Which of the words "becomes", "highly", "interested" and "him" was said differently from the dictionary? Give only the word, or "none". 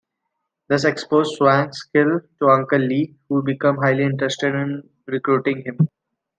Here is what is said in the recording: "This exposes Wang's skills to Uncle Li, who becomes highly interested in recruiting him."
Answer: becomes